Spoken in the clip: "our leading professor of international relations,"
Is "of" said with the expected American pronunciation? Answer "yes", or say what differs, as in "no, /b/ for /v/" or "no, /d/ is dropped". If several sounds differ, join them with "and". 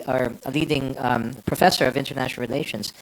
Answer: yes